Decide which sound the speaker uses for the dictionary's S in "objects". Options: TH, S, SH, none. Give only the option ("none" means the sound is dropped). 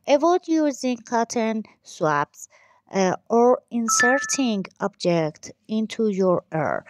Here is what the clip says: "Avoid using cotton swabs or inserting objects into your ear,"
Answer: none